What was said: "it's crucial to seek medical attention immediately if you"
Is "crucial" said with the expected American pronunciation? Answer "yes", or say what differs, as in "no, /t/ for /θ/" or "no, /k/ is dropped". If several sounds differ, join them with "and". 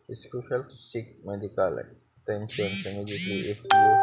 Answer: no, /ɹ/ is dropped